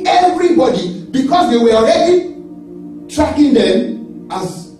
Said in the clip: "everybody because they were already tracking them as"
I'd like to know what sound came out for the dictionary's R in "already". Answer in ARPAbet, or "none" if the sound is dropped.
R